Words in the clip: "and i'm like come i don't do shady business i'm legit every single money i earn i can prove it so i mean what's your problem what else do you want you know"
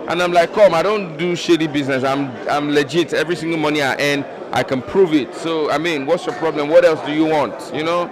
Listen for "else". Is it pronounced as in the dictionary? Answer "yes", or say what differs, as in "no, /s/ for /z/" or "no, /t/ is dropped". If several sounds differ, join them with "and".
yes